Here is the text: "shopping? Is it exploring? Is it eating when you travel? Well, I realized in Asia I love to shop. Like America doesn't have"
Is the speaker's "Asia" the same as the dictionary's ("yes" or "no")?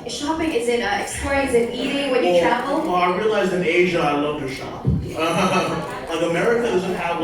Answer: yes